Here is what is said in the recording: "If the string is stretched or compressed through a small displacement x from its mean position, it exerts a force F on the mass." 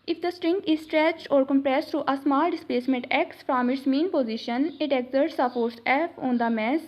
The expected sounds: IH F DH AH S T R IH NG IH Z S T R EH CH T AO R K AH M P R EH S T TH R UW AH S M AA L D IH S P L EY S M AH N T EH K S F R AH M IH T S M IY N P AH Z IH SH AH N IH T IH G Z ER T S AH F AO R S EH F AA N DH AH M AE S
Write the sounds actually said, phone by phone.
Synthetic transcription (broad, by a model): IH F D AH S T R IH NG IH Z S T R EH CH T AO R K AH M P R EH S T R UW AH S M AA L D IH S P L EY S M AH N T EH K S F R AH M IH T S M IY N P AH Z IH SH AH N IH T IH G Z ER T S AH P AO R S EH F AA N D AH M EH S